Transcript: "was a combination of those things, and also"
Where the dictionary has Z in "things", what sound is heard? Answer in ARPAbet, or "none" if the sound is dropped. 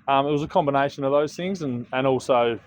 Z